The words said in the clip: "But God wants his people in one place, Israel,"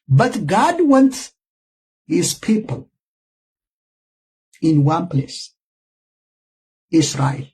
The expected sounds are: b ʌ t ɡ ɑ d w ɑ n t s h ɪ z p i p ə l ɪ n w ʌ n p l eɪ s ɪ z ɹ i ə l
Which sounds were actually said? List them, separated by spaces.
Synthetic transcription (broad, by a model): b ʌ t ɡ ɑ d w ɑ n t h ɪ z p i p ə l ɪ n w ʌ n p l eɪ s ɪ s ɹ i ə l